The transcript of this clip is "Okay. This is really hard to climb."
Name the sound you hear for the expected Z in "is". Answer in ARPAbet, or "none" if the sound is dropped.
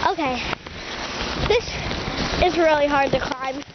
Z